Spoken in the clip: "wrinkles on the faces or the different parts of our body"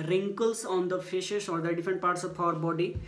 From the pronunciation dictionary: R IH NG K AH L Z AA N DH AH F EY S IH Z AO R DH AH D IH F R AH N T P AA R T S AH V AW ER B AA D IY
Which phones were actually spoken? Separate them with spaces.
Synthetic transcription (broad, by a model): R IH NG K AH L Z AA N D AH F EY SH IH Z AO R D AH D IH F R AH N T P AA R T S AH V AW ER B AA D IY